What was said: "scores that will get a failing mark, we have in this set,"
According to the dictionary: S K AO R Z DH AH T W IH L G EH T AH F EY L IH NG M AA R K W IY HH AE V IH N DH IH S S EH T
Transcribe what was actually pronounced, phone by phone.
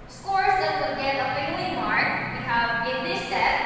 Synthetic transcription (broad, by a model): S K AO R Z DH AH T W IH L G EH T AH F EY N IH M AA R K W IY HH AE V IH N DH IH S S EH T